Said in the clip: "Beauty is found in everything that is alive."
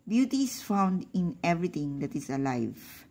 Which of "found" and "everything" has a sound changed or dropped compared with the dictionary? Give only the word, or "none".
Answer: everything